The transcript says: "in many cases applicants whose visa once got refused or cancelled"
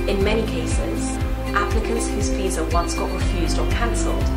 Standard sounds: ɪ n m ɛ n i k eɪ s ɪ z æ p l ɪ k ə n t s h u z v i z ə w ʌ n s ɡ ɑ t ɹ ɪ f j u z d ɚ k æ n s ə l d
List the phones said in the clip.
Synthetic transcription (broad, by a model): ɪ n m ɛ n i k eɪ s ɪ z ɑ p l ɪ k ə n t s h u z p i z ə w ʌ n s ɡ ɑ t ɹ ɪ f j u z d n k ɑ n s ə l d